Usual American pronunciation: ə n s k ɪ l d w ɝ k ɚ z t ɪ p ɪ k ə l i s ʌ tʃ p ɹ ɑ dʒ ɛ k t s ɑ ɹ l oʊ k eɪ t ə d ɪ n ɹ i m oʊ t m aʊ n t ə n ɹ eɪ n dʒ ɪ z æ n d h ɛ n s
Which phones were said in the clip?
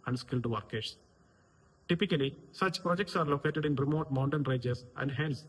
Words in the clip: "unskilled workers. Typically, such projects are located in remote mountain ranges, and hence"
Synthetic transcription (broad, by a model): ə n s k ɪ l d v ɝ k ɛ s t ɪ p ɪ k ə l i s ʌ tʃ p ɹ ɑ dʒ ɛ k t s ɑ ɹ l oʊ k eɪ t ə d ɪ n ɹ i m oʊ t m aʊ n t ə n ɹ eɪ dʒ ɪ s æ n d h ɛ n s